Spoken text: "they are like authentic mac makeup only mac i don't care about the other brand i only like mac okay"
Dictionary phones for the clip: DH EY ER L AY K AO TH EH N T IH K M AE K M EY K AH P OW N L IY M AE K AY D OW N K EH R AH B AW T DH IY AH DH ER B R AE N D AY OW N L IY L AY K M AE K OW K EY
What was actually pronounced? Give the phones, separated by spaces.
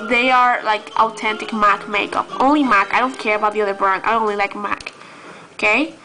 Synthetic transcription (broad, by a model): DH EY ER L AY K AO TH EH N T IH K M AE K M EY K AH P OW N L IY M AE K AY D OW N K EH R AH B AW T DH IY AH DH ER B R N AY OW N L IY L AY K M AE K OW K EY